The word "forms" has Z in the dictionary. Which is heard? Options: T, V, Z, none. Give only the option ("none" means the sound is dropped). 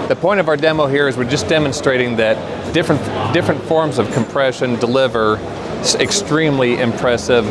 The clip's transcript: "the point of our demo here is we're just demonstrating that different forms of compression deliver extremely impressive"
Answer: Z